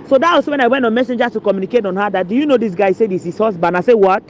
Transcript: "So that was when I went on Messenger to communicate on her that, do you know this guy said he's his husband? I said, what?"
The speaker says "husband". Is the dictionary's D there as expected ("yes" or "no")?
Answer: no